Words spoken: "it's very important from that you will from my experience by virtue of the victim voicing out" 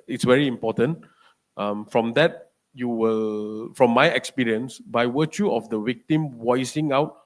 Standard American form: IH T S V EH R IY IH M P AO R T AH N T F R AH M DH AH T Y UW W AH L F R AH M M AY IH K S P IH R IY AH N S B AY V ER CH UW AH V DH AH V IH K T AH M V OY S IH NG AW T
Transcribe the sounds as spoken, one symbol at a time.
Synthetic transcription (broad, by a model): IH T S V EH R IY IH M P AO T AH N T F R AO M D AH T Y UW W AH L F R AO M M AY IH K S P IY R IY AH N S B AY W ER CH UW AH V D AH W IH K T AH M W OY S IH NG AW T